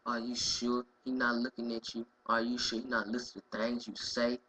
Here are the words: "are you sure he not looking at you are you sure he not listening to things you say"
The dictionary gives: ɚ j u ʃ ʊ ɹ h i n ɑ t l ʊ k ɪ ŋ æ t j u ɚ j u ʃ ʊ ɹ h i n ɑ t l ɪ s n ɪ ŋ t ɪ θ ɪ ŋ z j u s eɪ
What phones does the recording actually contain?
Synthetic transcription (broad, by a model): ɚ j u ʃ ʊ h i n ɑ t l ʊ k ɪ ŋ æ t j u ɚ j u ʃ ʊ h i n ɑ t l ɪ s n t ɪ t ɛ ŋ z j u s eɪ